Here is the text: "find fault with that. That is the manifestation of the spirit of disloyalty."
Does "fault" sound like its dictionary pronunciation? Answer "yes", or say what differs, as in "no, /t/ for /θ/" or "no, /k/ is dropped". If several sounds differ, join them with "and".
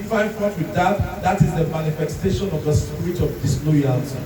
no, /n/ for /l/